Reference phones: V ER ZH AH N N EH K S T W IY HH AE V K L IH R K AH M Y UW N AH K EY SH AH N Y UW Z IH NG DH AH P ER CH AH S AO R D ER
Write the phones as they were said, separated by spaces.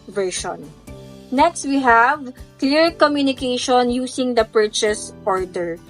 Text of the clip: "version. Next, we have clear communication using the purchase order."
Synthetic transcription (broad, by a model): V ER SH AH N N EH K S T W IY HH AE V K L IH R K AH M Y UW N AH K EY SH AH N Y UW S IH NG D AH P ER CH AH S AO R D ER